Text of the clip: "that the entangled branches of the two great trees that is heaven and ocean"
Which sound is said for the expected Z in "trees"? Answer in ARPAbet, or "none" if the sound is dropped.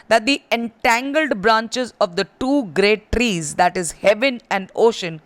Z